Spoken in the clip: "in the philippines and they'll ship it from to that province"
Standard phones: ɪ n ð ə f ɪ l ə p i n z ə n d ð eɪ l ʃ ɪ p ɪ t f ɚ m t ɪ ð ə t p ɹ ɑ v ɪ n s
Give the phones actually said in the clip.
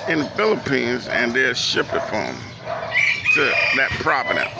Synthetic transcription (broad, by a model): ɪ n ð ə f ɪ l ə p i n z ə n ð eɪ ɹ ʃ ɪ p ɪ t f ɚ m t ɪ ð ə t p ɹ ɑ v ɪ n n